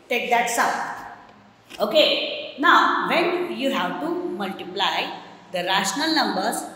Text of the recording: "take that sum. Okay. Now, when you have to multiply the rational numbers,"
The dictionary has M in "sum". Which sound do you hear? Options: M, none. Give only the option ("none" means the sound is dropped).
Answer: none